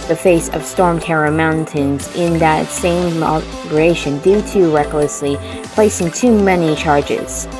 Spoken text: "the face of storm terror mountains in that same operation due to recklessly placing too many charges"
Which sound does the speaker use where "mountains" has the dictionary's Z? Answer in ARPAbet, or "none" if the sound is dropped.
Z